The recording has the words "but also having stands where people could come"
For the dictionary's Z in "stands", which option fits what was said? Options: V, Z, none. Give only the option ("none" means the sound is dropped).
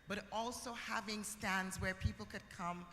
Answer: Z